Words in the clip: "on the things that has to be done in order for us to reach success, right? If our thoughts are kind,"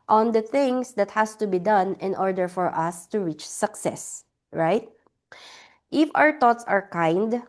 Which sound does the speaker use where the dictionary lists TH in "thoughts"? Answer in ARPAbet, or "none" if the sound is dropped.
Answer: T